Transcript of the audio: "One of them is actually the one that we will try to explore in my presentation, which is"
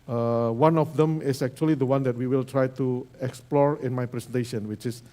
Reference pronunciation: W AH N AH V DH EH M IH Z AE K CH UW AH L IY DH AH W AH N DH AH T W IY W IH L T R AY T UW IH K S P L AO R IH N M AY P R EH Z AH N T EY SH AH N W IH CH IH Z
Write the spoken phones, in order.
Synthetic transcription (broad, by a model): W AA N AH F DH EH M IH S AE K CH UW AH L IY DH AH W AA N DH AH T W IY W IH L T R AY T UW IH K S P L AO R IH N M AY P R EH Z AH N T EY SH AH N W IH CH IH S